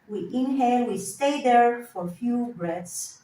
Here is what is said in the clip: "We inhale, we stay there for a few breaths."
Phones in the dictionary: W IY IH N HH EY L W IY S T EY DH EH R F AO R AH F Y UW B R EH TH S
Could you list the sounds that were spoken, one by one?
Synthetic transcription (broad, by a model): W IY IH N HH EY N W IY S T EY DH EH R F AO R F Y UW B R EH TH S